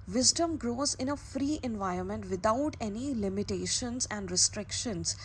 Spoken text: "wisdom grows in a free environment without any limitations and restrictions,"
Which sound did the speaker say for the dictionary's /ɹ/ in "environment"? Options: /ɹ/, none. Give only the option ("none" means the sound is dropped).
/ɹ/